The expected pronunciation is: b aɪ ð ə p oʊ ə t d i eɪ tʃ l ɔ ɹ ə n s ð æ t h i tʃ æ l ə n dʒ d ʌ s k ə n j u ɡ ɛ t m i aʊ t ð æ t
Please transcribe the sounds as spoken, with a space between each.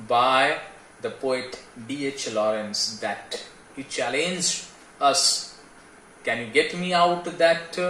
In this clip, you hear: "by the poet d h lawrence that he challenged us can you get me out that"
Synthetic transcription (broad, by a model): b aɪ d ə p oʊ ə t d i eɪ tʃ l ɔ ɹ ə n s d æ t h i tʃ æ l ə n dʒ ʌ s k ə n j u ɡ ɛ t m i aʊ t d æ t